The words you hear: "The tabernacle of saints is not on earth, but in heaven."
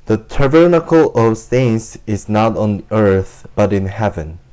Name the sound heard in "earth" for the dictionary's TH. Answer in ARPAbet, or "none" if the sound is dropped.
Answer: TH